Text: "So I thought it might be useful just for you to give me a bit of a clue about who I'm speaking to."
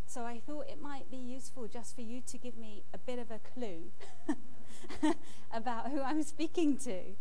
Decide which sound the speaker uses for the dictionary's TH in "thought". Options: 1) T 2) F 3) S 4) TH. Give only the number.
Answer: 4